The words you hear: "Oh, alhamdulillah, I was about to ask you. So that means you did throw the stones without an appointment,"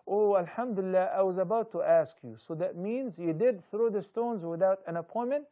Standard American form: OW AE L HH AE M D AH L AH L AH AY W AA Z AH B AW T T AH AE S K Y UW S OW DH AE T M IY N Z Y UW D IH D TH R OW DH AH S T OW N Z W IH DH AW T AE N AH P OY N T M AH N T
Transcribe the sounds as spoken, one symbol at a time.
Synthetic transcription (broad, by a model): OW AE L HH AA M D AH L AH L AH AY W AA Z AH B AW T T AE S K Y UW S OW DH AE T M IY N Z Y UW D IH D TH R OW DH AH S T OW N Z W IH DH AW T AE N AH P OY N M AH N T